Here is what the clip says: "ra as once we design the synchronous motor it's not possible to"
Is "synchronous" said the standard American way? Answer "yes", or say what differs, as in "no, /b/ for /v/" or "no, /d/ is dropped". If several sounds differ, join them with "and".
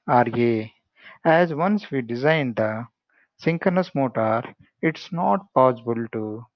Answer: no, /ɹ/ is dropped